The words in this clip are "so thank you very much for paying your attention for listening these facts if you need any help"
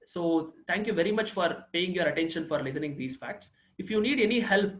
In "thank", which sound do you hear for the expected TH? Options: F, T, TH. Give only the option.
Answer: T